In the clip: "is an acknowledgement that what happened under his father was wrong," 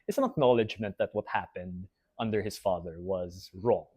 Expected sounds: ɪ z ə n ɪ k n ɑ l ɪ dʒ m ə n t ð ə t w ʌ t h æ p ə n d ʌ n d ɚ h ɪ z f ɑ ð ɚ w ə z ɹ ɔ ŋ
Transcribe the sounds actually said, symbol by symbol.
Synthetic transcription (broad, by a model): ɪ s ə n ɪ k n ɑ l ɪ dʒ m ə n t ð ə t w ʌ t h æ p ə n d ʌ n d ɚ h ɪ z f ɑ ð ɚ w ə z ɹ ɔ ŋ